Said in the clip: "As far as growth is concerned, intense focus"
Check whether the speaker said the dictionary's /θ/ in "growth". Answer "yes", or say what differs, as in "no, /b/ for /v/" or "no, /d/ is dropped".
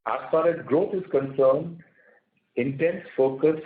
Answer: no, /t/ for /θ/